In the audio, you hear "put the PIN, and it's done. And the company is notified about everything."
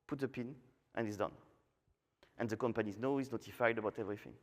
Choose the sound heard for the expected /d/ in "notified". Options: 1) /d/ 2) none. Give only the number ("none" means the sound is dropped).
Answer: 1